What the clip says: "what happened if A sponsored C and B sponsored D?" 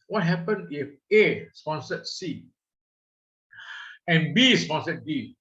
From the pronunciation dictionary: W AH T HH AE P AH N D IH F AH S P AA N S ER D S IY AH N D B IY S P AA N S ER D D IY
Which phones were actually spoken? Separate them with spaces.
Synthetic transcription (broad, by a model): W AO T HH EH P AH N IH F AH S P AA N S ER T S IY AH N B IY S P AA N S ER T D IY